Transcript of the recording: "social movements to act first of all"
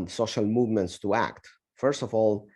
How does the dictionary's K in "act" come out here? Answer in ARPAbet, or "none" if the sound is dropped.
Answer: K